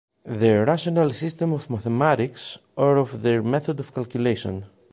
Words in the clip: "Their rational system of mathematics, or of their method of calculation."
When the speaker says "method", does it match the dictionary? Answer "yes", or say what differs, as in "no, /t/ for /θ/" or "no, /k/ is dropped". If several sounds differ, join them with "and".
yes